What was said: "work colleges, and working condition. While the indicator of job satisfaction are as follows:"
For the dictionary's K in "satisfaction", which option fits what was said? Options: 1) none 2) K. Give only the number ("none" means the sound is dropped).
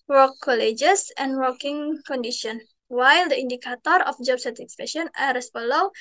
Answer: 1